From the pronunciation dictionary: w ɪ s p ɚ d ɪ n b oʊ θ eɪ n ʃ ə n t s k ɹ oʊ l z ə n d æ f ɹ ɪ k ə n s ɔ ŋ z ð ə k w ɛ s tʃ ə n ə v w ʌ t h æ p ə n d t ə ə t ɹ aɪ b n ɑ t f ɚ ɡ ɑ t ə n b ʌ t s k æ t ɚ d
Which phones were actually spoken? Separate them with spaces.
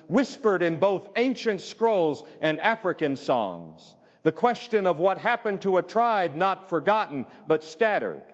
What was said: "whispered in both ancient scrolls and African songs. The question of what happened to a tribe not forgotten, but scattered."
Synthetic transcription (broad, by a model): w ɪ s p ɚ d ɪ n b oʊ θ eɪ n ʃ ə n t s k ɹ oʊ l z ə n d æ f ɹ ɪ k ə n s ɔ ŋ z ð ə k w ɛ s tʃ ə n ə v w ʌ t h æ p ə n t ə ə t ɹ aɪ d n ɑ t f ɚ ɡ ɑ t n b ʌ t s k æ t ɚ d